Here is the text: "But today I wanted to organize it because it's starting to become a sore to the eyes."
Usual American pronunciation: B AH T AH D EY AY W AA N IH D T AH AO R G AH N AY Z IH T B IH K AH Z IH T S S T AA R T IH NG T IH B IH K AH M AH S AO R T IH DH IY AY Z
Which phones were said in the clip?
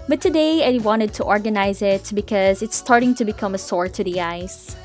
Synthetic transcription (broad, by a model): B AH T AH D EY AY W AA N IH D T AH AO R G AH N AY Z IH T B IH K AH Z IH T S S T AA R T IH NG T IH B IH K AH M AH S AO R T IH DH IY AY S